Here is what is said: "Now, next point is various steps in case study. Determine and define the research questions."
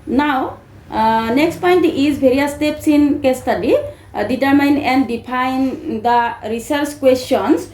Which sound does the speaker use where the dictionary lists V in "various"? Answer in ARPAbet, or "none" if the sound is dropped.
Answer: B